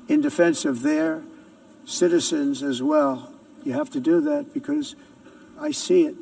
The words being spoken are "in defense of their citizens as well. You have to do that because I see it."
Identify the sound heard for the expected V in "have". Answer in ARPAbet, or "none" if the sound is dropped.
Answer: F